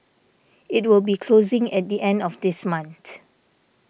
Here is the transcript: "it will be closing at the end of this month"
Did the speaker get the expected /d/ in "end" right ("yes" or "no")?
yes